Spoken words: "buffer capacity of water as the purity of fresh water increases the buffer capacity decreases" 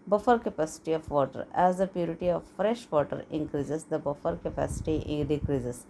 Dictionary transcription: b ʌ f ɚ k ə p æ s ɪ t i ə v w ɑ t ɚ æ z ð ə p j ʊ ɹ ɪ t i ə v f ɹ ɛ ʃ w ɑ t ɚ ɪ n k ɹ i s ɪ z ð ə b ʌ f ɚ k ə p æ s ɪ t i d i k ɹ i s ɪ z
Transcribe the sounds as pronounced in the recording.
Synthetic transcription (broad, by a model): b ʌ f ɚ k ə p æ s ɪ t i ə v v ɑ t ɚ æ z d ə p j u ɹ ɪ t i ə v f ɹ ɛ ʃ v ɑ t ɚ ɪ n k ɹ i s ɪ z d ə b ʌ f ɚ k ə p æ s ɪ t i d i k ɹ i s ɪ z